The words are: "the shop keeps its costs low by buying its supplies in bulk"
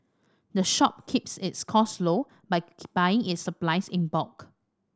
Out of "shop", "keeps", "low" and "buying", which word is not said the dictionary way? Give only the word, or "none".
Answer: none